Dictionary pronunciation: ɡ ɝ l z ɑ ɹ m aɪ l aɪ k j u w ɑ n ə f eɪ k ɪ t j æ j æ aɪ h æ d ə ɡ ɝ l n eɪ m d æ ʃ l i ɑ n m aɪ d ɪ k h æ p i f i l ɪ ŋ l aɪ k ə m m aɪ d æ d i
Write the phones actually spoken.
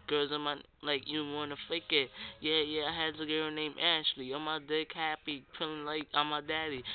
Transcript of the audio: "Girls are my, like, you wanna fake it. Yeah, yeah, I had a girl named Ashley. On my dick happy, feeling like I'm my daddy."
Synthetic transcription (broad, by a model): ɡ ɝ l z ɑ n m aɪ l aɪ k j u w ɑ n ə f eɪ k ɪ t j æ j æ aɪ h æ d ə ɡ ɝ n eɪ m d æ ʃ l i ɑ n m aɪ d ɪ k h æ p i p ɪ l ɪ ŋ l aɪ k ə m m aɪ d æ d i